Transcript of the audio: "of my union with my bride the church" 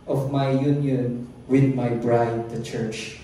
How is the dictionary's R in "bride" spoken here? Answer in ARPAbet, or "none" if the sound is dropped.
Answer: R